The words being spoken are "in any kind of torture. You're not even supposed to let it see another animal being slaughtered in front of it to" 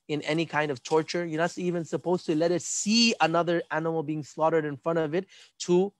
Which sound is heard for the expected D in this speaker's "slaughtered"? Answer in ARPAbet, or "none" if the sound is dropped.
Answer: D